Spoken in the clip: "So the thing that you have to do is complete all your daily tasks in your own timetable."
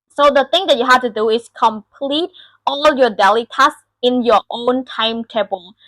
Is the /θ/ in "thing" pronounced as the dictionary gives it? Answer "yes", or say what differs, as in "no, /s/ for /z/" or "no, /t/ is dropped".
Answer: no, /t/ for /θ/